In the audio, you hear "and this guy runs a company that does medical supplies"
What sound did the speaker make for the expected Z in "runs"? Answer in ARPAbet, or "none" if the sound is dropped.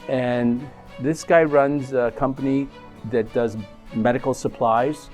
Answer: Z